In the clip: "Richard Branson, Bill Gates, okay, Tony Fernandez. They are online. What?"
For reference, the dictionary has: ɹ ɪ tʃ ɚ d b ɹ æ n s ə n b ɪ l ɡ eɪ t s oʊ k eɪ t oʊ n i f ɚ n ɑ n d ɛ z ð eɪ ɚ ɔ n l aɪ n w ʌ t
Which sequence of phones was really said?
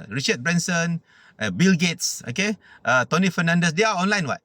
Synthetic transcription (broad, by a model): ɹ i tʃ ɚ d b ɹ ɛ n s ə n b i l ɡ eɪ t s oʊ k eɪ t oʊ n i f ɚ n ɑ n d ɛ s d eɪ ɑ ɔ n l aɪ n w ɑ t